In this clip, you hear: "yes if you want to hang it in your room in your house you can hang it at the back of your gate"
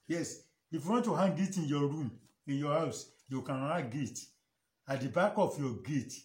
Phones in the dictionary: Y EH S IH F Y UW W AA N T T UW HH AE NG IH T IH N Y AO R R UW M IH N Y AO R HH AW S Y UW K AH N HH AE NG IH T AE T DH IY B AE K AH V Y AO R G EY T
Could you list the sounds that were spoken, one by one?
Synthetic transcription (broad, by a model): Y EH S IH F Y UW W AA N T T UW HH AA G IH T IH N Y AO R R UW M IH N Y AO HH AW S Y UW K AH N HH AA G IH T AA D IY B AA K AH F Y AO G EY T